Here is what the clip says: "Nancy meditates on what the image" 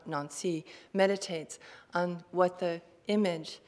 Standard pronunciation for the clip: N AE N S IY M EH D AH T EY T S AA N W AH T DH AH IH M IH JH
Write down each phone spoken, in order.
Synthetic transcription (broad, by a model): N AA N S IY M EH D AH T EY T S N W AH T DH AH IH M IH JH